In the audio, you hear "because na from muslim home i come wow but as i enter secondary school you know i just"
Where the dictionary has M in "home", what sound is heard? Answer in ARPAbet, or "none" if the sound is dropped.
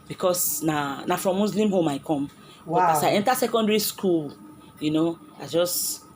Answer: M